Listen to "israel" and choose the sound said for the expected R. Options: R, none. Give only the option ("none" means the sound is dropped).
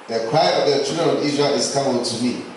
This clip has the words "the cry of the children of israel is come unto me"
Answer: none